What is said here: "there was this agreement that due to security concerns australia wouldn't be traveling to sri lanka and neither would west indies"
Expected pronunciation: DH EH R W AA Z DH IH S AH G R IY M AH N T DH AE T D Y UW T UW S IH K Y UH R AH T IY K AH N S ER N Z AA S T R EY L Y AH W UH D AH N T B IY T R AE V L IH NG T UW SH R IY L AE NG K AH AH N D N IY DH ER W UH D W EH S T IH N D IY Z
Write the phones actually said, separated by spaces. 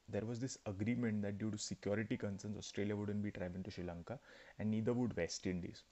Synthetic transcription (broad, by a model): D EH R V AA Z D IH S AH G R IY M AH N T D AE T D Y UW T UW S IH K Y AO R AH T IY K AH N S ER N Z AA S T R EY L Y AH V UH D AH N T B IY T R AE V IH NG T UW SH R IY L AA NG K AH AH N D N IY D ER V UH D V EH S T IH N D IY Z